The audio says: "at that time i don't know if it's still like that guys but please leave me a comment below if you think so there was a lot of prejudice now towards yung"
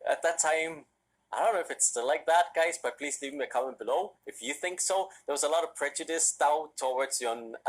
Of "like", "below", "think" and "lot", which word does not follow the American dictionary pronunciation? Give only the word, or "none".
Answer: none